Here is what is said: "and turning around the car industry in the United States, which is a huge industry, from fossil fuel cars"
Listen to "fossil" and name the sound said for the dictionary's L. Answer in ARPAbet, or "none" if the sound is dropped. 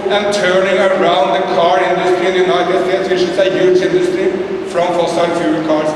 N